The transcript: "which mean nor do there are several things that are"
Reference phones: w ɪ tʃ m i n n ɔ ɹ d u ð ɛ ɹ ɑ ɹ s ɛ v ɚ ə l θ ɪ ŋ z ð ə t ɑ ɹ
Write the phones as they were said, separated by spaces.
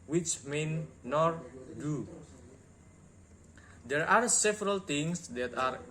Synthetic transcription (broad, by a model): w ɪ tʃ m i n n ɔ ɹ d u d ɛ ɹ ɑ ɹ s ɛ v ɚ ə l t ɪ ŋ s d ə t ɑ ɹ